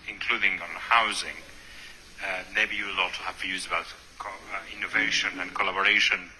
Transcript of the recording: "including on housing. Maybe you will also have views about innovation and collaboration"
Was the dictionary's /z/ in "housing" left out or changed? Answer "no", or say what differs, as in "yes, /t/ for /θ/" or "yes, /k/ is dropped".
no